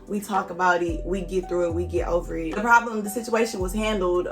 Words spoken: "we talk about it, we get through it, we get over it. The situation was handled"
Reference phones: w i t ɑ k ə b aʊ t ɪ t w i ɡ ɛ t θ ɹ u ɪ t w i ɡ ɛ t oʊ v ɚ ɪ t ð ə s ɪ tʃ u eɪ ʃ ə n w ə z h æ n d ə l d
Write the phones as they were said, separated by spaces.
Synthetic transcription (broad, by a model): w i t ɑ k ə b aʊ t ɪ t w i ɡ ɛ t θ ɹ u ɪ t w i ɡ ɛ t oʊ v ɚ ɪ t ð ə s ɪ tʃ u eɪ ʃ ə n w ə z h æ n d l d